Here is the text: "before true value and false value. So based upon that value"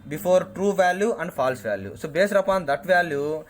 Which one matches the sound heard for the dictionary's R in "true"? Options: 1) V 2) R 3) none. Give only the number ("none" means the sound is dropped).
2